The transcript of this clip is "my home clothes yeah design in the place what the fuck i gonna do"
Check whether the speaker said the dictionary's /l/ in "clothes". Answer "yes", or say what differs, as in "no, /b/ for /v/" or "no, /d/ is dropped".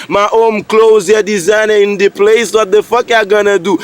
yes